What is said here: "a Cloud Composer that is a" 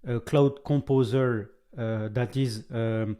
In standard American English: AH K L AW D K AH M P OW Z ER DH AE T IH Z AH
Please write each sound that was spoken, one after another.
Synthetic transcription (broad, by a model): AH K L AW D K AH M P OW Z ER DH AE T IH Z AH